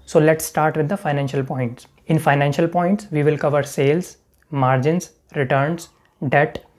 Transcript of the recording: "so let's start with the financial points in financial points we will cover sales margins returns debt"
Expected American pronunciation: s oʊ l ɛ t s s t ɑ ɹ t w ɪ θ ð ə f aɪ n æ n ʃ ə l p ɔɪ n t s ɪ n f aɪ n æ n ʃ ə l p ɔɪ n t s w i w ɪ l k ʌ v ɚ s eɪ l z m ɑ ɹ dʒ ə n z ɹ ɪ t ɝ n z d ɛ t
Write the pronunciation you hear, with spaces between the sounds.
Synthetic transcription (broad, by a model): s oʊ l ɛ t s s t ɑ ɹ t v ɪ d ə f aɪ n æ n ʃ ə l p ɔɪ n t s ɪ n f aɪ n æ n ʃ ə l p ɔɪ n t s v i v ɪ l k ʌ v ɚ s eɪ l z m ɑ ɹ dʒ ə n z ɹ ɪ t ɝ n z d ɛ t